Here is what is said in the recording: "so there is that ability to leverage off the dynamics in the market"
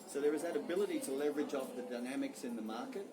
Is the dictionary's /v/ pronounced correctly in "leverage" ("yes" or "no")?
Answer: yes